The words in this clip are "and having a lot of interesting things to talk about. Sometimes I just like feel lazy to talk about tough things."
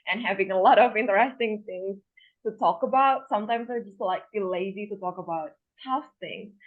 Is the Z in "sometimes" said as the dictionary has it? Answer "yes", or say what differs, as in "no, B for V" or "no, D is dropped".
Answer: yes